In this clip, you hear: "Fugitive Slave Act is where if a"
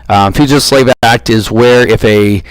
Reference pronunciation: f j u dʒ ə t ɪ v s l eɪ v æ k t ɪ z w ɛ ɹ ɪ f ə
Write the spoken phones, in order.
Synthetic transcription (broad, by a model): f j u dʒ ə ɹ s l eɪ v æ k t ɪ z w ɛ ɹ ɪ f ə